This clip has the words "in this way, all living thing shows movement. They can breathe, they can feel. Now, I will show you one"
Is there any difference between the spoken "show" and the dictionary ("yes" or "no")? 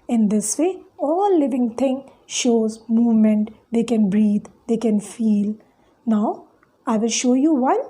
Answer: no